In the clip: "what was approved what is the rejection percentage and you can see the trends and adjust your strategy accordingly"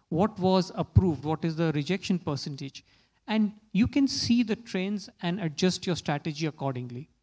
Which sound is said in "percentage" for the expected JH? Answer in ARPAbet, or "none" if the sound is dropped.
JH